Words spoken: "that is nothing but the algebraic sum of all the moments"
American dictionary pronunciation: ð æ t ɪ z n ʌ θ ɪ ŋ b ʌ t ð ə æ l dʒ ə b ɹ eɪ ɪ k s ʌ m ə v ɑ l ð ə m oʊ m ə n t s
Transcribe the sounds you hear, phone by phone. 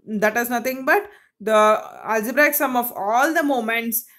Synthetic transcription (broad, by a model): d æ t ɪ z n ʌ t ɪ ŋ b ʌ t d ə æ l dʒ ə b ɹ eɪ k s ʌ m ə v ɑ l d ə m oʊ m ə n t s